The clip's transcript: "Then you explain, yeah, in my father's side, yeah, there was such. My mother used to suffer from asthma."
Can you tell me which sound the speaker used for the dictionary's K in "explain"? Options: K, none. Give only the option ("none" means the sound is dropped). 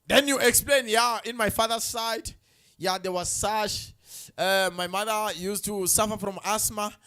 K